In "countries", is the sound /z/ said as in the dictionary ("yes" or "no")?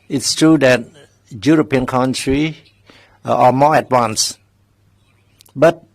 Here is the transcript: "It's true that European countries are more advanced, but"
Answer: no